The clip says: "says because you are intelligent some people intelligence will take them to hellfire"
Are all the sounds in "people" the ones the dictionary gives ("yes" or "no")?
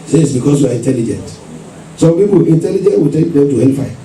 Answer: no